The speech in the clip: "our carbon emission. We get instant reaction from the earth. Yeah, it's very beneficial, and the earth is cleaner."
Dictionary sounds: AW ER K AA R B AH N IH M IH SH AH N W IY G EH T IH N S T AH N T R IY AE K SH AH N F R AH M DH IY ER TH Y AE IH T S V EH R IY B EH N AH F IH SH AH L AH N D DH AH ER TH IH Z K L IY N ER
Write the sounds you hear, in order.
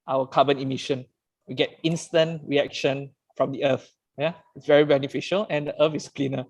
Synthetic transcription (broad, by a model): AW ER K AA B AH N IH M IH SH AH N W IY G EH T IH N S T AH N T R IY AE K SH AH N F R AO M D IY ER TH Y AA IH T S V EH R IY B EH N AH F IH SH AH L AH N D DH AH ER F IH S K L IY N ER